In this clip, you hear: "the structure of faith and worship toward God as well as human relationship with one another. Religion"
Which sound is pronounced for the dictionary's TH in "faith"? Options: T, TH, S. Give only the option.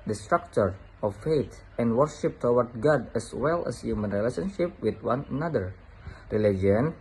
T